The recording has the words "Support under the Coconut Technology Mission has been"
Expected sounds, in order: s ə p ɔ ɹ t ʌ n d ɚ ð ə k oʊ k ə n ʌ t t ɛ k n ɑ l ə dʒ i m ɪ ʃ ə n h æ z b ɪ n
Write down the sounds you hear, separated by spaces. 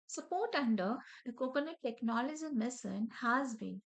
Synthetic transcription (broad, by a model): s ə p ɔ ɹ t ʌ n d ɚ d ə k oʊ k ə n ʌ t t ɛ k n ɑ l ə dʒ i m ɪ s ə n h æ z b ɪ n